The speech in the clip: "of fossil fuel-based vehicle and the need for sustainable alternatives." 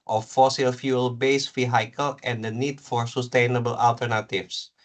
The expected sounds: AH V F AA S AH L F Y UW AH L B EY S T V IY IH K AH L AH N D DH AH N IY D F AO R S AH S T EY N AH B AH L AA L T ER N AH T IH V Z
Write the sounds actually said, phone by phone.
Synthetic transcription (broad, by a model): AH F AA S AH L F Y UW AH L B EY S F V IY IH K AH L AH N D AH N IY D F AO R S AH S T EY N AH B AH L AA L T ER N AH T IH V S